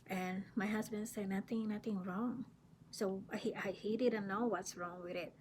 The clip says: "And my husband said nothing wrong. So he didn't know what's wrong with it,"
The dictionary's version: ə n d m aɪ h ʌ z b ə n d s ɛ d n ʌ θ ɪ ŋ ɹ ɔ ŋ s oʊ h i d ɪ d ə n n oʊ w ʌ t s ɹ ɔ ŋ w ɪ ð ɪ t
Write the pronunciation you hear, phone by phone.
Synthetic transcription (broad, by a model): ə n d m aɪ h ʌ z b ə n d s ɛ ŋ n ʌ θ ɪ ŋ ɹ ɔ ŋ s oʊ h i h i d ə n n oʊ w ʌ t s ɹ ɔ ŋ w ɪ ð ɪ t